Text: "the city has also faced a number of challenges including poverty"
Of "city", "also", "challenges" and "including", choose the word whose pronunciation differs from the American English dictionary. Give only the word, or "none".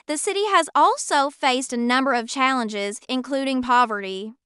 none